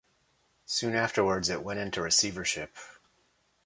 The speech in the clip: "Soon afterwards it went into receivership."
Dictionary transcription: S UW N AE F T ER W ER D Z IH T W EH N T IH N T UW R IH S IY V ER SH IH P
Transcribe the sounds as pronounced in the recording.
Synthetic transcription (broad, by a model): S UW N AE F T ER W ER D Z IH T W EH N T IH N T UW R IH S IY V ER SH IH P